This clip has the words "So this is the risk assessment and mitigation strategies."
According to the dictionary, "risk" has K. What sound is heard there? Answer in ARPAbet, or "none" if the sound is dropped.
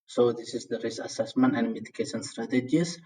none